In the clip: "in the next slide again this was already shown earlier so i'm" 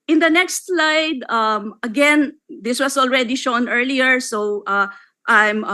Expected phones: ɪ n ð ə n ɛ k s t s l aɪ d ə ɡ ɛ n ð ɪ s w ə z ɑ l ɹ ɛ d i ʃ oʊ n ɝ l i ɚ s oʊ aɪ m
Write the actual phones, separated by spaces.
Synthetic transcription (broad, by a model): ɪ n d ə n ɛ k s t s l aɪ d ə ɡ ɛ n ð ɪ s w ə s ɑ l ɹ ɛ d i ʃ oʊ n ɝ l i ɚ s oʊ aɪ m